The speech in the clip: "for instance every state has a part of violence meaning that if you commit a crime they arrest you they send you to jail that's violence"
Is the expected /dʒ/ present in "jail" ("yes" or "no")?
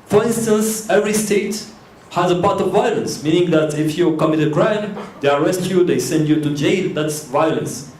yes